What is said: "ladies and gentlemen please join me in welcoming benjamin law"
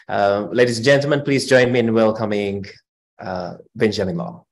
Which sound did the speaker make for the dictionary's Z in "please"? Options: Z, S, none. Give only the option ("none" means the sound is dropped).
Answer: Z